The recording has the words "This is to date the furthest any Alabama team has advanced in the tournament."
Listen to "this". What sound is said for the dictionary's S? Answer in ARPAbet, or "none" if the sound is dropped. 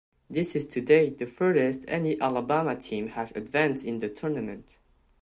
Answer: S